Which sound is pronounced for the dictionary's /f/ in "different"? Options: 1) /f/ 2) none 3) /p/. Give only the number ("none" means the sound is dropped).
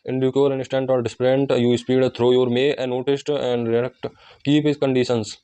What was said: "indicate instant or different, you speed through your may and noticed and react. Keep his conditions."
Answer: 3